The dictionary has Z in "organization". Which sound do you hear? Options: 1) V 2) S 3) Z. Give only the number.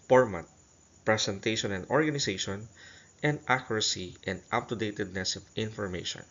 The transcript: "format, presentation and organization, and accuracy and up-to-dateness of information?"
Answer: 2